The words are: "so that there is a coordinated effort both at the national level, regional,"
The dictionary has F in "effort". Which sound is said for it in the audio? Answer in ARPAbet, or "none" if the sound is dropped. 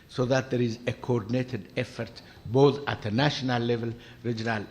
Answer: F